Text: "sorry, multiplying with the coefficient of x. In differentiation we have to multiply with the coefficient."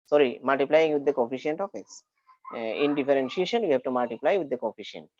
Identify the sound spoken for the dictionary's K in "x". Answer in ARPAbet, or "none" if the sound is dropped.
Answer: none